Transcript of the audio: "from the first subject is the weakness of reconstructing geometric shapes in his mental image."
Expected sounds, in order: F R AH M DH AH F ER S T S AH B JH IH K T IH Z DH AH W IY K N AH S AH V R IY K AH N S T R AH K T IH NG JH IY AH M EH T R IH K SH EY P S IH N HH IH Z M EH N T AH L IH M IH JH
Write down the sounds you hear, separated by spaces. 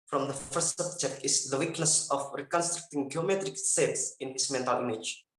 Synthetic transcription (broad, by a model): F R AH M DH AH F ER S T S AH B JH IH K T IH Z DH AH W IY K N AH S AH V R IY K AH N S T R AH K T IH NG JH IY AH M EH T R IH K S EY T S IH N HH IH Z M EH N T AH L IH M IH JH